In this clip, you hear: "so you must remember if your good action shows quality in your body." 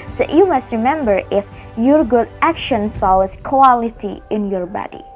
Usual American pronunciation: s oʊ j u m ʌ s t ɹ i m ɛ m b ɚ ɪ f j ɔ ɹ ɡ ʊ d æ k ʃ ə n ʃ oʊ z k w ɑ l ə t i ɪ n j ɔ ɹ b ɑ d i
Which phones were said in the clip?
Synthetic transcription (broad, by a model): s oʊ j u m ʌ s t ɹ i m ɛ m b ɚ ɪ f j ɔ ɹ ɡ ʊ d æ k ʃ ə n s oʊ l k w ɑ l ə t i ɪ n j ɔ ɹ b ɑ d i